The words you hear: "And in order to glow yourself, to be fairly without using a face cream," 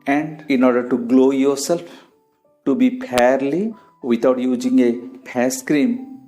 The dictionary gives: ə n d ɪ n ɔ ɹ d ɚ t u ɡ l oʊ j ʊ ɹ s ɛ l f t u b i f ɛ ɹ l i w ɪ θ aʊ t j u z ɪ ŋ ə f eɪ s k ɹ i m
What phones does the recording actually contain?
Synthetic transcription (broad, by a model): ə n d ɪ n ɔ ɹ d ɚ t u ɡ l oʊ j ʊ ɹ s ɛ l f t u b i p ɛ ɹ l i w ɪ t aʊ t j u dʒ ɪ ŋ ə p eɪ s k ɹ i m